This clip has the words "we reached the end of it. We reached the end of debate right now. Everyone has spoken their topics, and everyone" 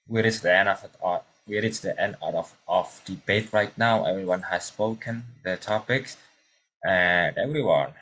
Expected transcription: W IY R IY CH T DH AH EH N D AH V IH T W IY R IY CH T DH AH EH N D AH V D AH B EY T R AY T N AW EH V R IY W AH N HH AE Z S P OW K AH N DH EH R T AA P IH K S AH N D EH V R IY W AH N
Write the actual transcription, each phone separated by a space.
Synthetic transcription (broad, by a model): W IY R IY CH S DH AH EH N D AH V IH T W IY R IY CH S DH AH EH N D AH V D AH B EY T R AY T N AW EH V R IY W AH N HH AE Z S P OW K AH N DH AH T AA P IH K S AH N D EH V R IY W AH N